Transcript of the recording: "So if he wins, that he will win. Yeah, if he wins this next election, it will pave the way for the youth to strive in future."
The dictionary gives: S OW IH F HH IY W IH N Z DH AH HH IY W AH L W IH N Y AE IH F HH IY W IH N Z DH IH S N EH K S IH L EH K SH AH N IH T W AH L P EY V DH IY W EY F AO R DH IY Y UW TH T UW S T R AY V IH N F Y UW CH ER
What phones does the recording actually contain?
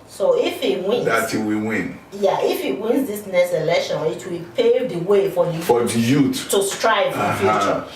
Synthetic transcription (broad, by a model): S OW IH F HH IY W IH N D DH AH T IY W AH W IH N Y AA IH F HH IY W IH N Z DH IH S N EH S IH L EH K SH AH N IH T W AH L P EY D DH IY W EY F AO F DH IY Y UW T T UW S T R AY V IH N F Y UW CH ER